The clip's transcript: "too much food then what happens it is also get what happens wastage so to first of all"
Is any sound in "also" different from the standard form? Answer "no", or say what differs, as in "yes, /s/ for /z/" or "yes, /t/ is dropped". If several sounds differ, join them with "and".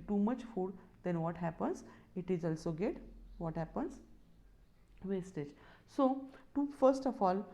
no